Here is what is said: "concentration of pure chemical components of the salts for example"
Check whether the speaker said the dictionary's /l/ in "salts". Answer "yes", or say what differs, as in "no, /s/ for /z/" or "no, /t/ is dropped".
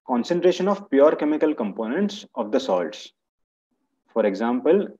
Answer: yes